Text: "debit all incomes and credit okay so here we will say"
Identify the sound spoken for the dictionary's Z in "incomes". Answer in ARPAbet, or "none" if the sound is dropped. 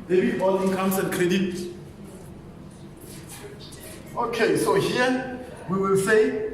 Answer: S